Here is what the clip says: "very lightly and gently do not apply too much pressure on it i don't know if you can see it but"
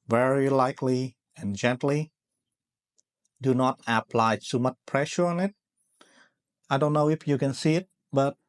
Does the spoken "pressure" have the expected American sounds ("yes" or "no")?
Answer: yes